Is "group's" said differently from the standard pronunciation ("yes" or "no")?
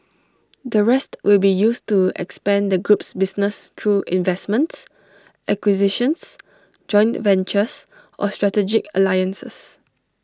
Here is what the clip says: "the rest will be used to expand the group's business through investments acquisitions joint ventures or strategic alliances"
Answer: no